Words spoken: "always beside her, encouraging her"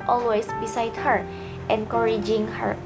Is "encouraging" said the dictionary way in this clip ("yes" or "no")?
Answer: yes